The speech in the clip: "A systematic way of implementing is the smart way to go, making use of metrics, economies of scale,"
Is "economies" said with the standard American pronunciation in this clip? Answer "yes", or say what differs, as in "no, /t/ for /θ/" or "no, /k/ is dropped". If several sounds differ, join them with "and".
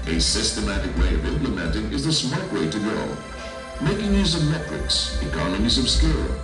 yes